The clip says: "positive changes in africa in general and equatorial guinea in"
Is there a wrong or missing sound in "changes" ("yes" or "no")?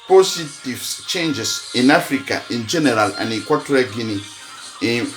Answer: yes